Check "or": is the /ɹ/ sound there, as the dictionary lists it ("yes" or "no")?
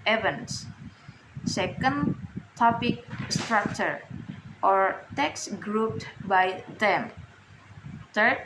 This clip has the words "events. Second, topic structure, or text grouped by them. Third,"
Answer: yes